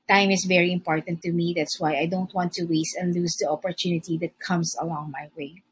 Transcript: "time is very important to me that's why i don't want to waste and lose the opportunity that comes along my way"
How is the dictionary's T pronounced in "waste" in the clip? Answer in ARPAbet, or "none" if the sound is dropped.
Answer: T